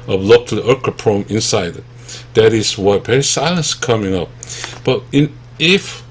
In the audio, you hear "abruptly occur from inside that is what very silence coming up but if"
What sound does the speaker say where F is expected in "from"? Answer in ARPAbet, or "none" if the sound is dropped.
P